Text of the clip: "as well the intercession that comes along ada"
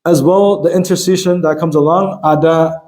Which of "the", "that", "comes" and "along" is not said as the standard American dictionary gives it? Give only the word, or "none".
none